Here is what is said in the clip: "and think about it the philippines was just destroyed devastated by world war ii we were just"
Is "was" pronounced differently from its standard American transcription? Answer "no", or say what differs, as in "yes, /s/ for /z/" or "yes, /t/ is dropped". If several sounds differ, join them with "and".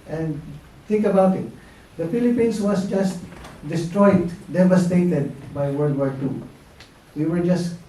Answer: yes, /s/ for /z/